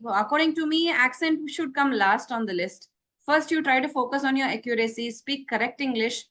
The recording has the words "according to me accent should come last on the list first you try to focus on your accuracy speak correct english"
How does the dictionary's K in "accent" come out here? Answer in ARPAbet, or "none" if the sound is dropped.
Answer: K